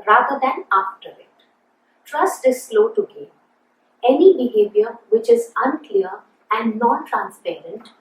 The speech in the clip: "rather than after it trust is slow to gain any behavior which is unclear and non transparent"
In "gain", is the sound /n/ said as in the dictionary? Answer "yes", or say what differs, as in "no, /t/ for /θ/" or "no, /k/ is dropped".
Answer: no, /n/ is dropped